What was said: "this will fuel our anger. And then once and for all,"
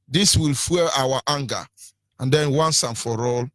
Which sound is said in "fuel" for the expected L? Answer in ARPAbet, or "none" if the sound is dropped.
W